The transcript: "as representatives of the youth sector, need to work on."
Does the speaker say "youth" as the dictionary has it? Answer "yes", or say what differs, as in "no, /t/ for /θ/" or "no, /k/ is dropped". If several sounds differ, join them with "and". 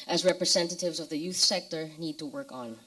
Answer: yes